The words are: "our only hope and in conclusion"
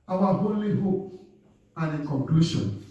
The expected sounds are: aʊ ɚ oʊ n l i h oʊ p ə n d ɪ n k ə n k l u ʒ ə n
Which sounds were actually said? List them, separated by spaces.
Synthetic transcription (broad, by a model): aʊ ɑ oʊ l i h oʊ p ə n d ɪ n k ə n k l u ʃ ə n